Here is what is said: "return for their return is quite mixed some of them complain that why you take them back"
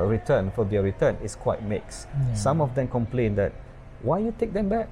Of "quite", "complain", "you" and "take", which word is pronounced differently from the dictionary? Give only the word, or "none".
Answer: none